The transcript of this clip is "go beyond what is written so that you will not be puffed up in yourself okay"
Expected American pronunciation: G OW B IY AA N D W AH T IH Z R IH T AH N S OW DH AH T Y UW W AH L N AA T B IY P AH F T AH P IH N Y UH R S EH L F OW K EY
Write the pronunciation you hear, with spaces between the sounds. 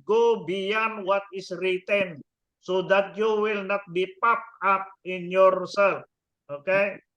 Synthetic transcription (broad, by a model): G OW B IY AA N W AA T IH S R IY T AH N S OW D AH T Y UW W AH L N AA T B IY P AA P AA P IH N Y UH R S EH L OW K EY